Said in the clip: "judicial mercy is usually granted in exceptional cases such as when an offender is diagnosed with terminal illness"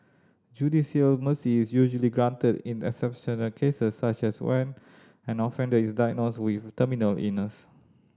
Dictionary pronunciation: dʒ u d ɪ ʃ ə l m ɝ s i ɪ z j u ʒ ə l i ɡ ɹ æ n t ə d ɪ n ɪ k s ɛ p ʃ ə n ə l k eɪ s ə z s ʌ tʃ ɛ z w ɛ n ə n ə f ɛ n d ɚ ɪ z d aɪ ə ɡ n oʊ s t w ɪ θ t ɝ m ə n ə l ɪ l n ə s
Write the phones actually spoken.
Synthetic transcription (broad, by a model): dʒ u d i s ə l m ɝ s i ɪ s j u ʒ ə l i ɡ ɹ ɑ n t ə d ɪ n ɪ k s ɛ p ʃ ə n ə l k eɪ s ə s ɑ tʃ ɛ s w ɛ n ə n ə f ɛ n d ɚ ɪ s d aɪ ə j n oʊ s w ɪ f t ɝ m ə n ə l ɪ n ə s